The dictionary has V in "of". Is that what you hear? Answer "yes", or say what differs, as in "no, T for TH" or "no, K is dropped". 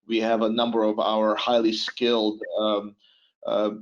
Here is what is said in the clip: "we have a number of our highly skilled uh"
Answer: yes